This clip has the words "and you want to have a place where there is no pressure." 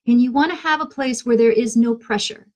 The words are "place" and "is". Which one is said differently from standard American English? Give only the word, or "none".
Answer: none